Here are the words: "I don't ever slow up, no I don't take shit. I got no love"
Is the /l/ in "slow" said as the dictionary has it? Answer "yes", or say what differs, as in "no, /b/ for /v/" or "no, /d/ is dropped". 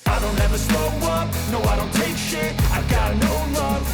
no, /l/ is dropped